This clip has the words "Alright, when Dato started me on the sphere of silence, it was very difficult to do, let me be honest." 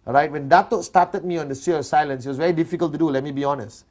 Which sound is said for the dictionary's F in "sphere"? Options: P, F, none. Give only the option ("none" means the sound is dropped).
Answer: none